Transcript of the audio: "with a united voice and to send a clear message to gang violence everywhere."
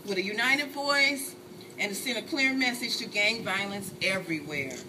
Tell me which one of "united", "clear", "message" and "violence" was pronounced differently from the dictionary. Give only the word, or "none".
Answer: none